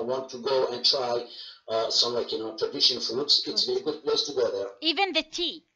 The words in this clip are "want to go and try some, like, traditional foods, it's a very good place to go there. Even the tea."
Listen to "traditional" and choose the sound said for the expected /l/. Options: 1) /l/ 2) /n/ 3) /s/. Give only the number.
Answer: 2